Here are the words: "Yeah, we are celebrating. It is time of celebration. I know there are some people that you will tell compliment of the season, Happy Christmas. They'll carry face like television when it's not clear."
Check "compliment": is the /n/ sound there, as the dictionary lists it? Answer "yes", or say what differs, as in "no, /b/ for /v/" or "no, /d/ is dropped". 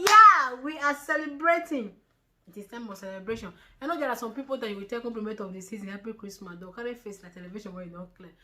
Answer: no, /n/ is dropped